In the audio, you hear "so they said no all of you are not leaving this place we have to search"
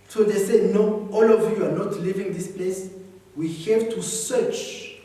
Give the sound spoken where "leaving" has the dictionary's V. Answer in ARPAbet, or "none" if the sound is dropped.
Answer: V